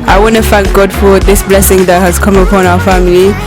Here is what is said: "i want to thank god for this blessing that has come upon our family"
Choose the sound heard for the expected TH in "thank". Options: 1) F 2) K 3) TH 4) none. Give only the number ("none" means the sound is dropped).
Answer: 1